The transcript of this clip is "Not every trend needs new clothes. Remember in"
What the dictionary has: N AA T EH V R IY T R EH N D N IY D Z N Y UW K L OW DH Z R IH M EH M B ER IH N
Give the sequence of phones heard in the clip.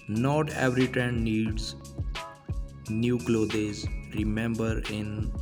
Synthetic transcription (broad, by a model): N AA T EH V R IY T EH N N IY D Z N Y UW K L OW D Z R IH M EH M B ER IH N